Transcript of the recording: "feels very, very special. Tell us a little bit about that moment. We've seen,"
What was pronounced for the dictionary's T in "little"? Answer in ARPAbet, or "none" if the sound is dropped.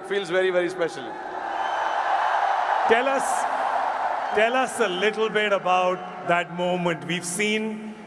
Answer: S